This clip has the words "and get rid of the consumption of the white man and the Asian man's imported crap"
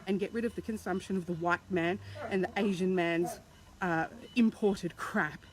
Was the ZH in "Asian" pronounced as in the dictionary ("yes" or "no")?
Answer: yes